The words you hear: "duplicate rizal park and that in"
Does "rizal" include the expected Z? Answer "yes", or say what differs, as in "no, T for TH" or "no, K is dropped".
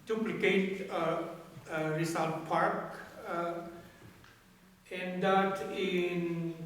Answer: no, S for Z